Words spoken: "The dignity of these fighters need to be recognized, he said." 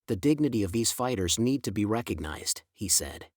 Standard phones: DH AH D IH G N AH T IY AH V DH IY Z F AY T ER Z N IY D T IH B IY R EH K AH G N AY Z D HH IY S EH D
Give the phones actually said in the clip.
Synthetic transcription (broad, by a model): DH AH D IH G N AH T IY AH V DH IY Z F AY T ER Z N IY D T IH B IY R EH K AH G N AY Z D HH IY S EH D